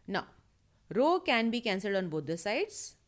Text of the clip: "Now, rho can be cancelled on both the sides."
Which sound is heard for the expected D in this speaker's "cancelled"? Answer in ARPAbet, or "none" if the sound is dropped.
D